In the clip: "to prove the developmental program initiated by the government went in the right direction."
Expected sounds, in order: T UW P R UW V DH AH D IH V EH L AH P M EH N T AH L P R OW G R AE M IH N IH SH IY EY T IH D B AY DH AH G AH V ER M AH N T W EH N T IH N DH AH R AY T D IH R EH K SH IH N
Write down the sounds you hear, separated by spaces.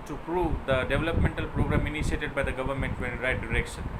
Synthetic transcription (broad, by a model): T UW P R UW V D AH D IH V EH L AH P M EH N T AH L P R OW G R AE M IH N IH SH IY EY T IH D B AY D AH G AH V ER M AH N T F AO T IH N R AY T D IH R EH K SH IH N